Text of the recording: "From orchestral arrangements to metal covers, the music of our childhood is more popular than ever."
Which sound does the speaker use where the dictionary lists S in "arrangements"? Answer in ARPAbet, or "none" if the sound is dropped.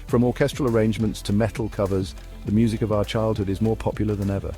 S